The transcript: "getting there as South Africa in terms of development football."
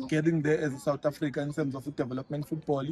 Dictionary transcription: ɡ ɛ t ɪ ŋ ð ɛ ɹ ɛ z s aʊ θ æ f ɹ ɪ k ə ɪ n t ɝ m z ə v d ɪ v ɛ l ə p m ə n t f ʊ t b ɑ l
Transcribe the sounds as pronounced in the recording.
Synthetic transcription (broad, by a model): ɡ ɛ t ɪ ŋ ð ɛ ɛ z s aʊ t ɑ f ɹ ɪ k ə ɪ n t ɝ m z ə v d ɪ v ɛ l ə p m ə n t f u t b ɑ l